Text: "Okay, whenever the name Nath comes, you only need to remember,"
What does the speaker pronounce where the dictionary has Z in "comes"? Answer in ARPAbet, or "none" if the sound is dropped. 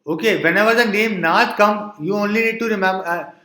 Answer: none